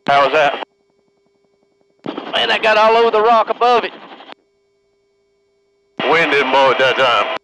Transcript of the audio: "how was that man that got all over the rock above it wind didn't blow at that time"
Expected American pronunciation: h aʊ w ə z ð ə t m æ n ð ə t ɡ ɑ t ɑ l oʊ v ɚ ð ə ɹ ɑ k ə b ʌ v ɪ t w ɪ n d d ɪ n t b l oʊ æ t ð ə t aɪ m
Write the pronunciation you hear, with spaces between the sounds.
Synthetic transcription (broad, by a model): h aʊ w ə z ð ə t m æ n ð ə t ɡ ɑ t ɑ l oʊ v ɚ ð ə ɹ ɑ k ə b ʌ v ɪ t w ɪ n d d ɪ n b oʊ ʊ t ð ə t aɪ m